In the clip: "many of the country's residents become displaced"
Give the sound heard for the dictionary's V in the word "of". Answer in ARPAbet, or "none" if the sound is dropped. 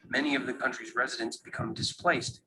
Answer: V